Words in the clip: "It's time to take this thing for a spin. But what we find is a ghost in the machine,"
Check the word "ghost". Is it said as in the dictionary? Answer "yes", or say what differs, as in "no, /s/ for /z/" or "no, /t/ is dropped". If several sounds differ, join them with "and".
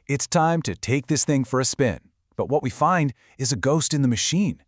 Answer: yes